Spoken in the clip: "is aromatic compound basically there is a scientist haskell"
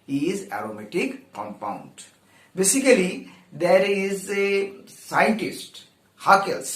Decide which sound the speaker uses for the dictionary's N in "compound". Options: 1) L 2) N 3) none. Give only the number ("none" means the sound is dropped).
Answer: 2